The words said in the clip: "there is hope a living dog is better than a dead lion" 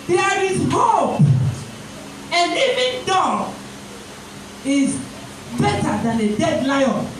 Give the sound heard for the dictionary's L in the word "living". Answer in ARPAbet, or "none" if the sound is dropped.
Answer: N